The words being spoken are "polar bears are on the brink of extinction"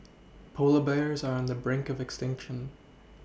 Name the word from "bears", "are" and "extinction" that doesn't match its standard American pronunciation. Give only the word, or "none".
none